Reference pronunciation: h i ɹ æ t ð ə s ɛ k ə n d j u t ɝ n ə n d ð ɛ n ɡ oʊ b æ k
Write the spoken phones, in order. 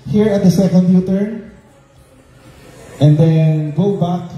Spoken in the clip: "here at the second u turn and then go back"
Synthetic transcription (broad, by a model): h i ɹ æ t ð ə s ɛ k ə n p j u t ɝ ə n d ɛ n ɡ oʊ b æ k